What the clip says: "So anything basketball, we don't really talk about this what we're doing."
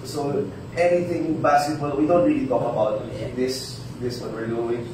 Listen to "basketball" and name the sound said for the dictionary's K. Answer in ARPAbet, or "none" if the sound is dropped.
none